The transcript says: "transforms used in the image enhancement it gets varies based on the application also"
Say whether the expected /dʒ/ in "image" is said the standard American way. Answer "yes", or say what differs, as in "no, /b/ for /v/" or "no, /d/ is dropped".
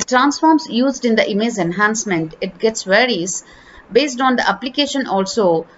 no, /z/ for /dʒ/